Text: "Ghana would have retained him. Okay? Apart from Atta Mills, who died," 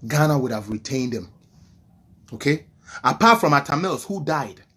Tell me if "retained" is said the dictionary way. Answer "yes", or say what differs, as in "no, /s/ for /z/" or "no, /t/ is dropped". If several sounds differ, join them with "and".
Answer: yes